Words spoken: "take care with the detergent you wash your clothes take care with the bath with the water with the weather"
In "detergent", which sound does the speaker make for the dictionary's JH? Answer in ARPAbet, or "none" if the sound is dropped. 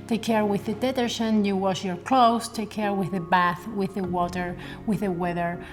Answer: SH